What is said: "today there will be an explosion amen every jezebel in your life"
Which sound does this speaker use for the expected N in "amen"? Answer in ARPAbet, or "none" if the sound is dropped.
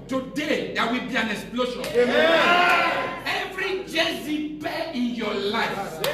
none